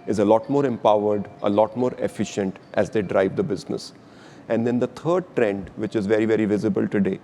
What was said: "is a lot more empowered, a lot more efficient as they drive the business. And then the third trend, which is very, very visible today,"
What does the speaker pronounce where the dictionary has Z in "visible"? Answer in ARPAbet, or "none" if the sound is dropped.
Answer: Z